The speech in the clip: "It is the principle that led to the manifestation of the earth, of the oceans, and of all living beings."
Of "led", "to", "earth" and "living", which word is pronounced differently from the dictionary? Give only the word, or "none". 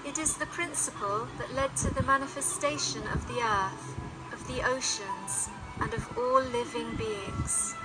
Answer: none